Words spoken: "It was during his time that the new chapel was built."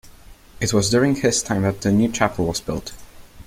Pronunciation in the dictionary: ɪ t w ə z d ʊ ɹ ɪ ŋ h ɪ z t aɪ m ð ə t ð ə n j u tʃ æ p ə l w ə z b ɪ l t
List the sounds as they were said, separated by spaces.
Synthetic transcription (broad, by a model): ɪ t w ə z d ʊ ɹ ɪ ŋ h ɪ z t aɪ m ð ə t ð ə n j u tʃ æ p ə l w ə z b ɪ l t